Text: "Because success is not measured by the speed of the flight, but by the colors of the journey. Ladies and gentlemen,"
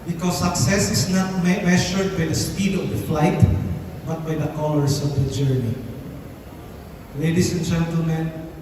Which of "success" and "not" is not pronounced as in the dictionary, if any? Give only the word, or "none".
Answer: none